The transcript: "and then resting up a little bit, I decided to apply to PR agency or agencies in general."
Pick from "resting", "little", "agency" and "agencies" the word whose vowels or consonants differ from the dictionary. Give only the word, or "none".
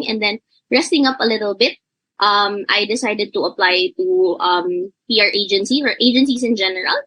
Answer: agencies